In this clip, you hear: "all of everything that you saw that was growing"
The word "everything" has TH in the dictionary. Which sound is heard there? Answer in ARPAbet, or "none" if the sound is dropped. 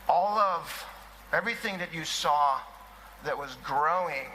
TH